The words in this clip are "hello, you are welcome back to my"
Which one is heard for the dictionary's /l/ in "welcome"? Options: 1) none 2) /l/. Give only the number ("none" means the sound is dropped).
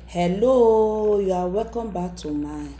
1